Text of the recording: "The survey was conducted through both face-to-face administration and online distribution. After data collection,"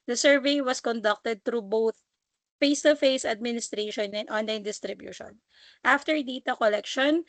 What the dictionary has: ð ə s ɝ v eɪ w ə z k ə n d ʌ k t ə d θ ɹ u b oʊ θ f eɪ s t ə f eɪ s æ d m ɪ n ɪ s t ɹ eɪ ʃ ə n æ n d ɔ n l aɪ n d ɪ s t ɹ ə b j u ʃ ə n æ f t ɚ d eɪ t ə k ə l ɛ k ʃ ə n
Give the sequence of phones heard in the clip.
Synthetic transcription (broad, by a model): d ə s ɝ v eɪ w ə s k ə n d ʌ k t ə d t ɹ u b oʊ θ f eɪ s t ə f eɪ s æ d m ɪ n ɪ s t ɹ eɪ ʃ ə n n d ɔ n l aɪ n d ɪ s t ɹ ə b j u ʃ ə n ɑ f t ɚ d eɪ t ə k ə l ɛ k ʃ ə n